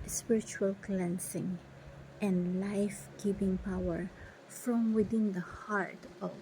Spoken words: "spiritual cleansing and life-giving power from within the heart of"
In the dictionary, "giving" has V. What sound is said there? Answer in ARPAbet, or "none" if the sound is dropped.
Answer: P